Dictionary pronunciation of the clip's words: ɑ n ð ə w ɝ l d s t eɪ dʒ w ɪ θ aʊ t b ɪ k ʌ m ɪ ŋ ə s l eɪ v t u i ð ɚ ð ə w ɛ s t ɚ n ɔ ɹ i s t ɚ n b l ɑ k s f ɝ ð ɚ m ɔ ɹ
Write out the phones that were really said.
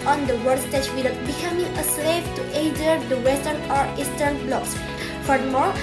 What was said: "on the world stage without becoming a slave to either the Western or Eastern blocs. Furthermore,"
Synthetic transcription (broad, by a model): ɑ n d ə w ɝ d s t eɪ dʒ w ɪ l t b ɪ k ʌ m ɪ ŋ ə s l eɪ p t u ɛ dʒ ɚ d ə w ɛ s t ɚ n ɔ ɹ i s t ɚ n b l ɑ k s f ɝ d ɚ m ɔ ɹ